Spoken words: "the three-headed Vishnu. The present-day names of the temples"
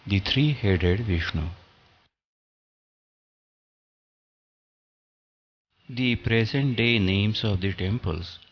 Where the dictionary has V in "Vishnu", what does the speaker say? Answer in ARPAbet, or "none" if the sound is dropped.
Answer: V